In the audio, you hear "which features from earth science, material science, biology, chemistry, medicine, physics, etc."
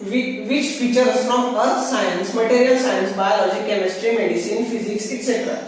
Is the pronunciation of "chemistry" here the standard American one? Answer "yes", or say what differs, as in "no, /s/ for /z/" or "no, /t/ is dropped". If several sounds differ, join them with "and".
yes